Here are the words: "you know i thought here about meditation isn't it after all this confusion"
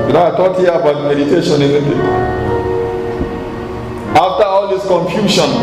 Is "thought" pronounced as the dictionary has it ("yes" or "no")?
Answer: no